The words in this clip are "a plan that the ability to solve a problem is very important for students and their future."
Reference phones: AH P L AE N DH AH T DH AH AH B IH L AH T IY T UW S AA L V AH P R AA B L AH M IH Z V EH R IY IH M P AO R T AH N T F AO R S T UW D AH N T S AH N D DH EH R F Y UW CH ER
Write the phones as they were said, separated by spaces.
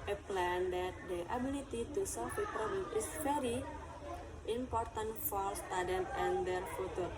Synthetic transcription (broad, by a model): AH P L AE N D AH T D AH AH B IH L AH T IY T UW S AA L F AH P R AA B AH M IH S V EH R IY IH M P AO R T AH N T F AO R S T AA D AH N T AH N D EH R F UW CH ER